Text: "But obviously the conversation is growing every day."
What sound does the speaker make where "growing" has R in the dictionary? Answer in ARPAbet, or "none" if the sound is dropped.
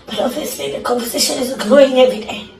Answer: none